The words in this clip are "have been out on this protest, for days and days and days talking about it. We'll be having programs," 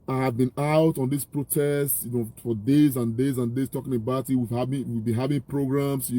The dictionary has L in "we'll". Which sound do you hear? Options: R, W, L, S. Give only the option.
W